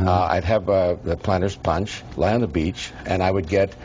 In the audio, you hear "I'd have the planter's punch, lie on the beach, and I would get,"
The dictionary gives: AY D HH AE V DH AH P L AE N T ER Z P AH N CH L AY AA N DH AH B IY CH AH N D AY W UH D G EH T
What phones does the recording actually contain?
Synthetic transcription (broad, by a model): AY D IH V DH AH P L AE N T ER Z P AH N CH L AY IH N DH AH B IY CH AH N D AY W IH D G EH T